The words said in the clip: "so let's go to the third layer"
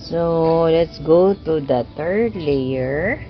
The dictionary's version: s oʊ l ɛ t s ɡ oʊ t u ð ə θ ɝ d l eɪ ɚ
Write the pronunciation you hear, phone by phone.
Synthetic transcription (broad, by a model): s oʊ l ɛ t s ɡ oʊ t u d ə t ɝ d l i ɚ